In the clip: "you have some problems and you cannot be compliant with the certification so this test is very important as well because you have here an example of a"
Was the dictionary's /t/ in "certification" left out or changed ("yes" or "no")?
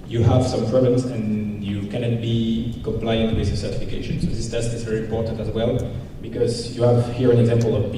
no